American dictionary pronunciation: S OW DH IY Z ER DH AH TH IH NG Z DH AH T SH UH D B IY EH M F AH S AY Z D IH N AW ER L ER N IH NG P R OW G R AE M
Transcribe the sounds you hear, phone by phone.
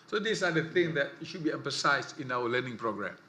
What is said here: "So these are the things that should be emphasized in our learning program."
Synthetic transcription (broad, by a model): S OW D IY S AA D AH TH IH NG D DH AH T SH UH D B IY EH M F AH S AY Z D IH N AW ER L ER N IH NG P R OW G R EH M